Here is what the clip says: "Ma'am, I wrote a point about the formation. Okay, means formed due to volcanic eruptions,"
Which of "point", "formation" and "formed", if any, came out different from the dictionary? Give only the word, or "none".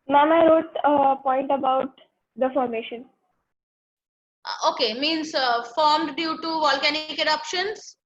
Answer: none